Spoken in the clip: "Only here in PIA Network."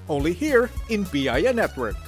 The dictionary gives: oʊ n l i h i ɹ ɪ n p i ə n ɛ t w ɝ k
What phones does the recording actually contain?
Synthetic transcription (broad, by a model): oʊ n l i h i ɹ ɪ n b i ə n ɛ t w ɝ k